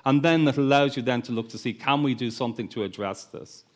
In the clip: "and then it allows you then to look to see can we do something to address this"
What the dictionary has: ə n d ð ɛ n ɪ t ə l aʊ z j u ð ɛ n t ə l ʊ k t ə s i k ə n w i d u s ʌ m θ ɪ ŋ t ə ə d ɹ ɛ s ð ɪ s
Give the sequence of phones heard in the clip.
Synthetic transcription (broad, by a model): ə n ð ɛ n ɪ t ə l aʊ z j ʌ ð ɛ n t ə l ʊ k t ə s i k ə n w i d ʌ s ʌ m θ ɪ ŋ t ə ə d ɹ ɛ s ð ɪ s